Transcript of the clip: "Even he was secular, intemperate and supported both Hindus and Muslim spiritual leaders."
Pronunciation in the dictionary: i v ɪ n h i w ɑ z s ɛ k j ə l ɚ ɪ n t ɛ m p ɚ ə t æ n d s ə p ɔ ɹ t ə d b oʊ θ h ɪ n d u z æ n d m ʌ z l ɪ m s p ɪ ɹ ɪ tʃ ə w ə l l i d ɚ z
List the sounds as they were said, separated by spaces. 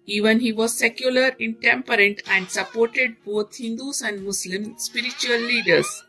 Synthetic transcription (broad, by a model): i v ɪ n h i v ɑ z s ɛ k j ə l ɚ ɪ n t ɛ m p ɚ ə t æ n d s ə p ɔ ɹ t ə d b oʊ t h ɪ n d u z æ n d m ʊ s l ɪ m s p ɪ ɹ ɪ tʃ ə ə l l i d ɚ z